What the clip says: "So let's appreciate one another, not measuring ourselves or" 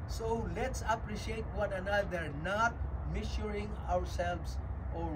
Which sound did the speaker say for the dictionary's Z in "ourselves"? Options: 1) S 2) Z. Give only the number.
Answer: 1